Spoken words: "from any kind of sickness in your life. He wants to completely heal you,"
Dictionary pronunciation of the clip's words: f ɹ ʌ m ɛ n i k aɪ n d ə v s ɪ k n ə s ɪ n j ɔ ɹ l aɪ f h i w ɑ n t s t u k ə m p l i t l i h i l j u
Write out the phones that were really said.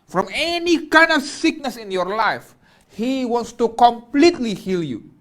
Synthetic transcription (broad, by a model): f ɹ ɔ m ɛ n i k aɪ n d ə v s ɪ k n ə s ɪ n j ɔ ɹ l aɪ f h i w ɑ n t s t u k ə m p l i t l i h i l j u